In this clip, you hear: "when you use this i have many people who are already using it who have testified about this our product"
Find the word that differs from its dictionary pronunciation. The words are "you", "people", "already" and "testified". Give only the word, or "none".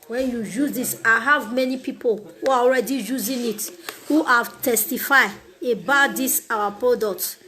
testified